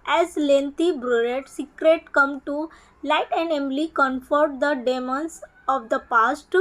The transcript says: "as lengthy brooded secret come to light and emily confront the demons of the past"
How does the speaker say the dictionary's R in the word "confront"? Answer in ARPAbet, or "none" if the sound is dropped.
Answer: none